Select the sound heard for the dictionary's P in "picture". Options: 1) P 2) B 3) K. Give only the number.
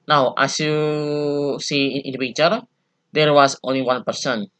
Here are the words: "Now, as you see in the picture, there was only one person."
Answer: 2